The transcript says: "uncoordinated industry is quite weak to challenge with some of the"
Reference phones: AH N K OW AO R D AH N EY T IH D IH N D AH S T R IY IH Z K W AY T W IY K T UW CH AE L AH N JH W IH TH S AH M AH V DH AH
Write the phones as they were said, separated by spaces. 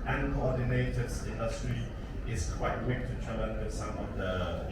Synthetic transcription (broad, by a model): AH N K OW AO D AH N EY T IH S IH N D AH S T R IY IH S K W AY T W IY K T UW CH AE L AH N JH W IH S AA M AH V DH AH